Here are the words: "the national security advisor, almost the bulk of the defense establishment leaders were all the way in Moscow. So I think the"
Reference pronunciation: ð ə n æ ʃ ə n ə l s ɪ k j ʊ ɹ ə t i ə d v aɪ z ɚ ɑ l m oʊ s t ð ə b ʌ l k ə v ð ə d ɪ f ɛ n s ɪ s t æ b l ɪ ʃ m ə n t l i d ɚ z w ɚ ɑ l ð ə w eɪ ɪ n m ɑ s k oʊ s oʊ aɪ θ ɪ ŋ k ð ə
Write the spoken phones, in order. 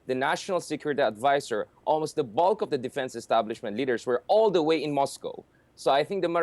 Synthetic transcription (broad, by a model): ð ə n æ ʃ ə n ə l s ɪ k j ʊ ɹ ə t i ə d v aɪ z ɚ ɑ l m oʊ s t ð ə b ʌ l k ə v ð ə d ɪ f ɛ n s ɪ s t æ b l ɪ ʃ m ə n t l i d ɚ s w ɚ ɑ l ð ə w eɪ ɪ n m ɑ s k oʊ s oʊ aɪ θ ɪ ŋ k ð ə